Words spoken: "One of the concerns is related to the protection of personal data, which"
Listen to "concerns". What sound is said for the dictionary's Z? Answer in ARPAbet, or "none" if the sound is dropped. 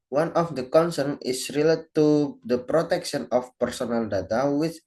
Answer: none